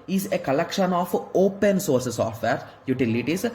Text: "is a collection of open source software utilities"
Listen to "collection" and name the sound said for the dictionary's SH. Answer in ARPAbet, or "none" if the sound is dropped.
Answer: SH